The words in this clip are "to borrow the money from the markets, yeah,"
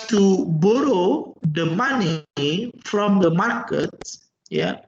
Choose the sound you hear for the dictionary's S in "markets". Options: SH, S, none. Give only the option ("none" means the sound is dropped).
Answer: none